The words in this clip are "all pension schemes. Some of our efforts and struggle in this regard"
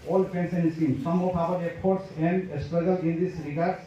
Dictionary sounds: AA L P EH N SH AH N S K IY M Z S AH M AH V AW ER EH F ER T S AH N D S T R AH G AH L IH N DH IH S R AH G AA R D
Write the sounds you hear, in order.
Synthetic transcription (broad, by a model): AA L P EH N S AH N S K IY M S AH M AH P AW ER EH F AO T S AH N D S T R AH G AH L IH N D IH S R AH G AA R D